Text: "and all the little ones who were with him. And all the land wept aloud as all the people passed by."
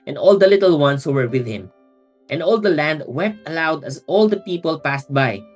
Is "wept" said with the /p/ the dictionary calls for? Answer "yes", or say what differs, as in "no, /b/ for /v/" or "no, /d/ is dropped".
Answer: yes